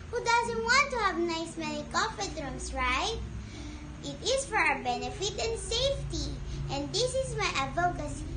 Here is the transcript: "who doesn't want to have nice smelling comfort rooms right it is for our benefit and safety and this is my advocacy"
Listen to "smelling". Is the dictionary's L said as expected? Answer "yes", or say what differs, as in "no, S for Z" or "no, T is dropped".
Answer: no, N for L